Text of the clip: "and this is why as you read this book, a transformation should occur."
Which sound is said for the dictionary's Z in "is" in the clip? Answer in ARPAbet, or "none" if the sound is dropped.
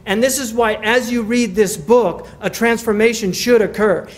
Z